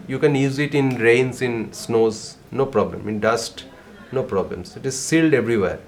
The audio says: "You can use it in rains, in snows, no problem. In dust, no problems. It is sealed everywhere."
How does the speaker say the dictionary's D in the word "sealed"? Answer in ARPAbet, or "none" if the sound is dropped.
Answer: D